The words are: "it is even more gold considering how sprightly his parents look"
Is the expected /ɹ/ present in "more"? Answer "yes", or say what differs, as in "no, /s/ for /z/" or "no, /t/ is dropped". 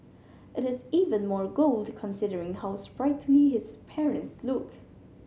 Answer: yes